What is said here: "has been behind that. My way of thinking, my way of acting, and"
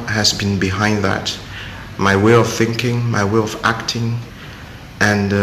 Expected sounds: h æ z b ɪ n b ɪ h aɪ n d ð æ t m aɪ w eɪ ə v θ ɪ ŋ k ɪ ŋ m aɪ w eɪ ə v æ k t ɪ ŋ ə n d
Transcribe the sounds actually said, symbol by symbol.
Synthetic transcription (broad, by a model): h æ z b ɪ n b ɪ h aɪ n d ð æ t m aɪ w eɪ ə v θ ɪ ŋ k ɪ ŋ m aɪ w eɪ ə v æ k t ɪ ŋ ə n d